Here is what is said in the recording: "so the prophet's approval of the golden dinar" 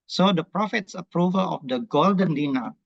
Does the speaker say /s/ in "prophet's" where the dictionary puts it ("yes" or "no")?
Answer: yes